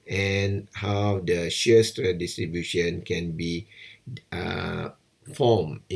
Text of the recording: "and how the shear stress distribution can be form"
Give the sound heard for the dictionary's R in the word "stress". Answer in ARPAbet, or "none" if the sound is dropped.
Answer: none